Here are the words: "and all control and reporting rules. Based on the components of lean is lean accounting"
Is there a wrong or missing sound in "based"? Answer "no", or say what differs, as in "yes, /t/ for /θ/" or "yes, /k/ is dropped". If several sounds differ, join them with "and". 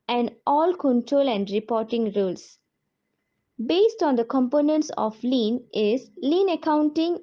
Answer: no